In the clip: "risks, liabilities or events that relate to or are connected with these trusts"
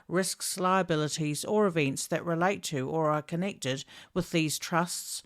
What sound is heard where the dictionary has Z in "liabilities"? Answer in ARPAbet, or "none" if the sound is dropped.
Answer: Z